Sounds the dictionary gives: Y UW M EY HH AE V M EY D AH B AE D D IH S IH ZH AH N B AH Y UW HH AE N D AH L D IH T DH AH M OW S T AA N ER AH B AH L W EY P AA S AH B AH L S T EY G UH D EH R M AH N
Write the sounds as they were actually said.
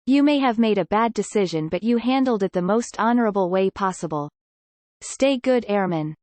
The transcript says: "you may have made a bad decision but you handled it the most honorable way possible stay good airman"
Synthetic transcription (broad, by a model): Y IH M EY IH V M EY D AH B AE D D IH S IH ZH AH N B AH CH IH HH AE N D L D IH T DH AH M OW S T AA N ER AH B L W EY P AA S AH B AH L S T EY G UH D EH R M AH N